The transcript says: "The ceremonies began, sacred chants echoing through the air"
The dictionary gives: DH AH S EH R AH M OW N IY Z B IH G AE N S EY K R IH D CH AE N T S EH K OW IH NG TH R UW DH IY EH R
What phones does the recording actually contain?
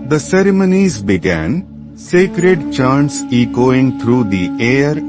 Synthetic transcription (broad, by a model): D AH S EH R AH M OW N IY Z B IH G AE N S EY K R IH D CH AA N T S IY K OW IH NG T R UW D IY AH R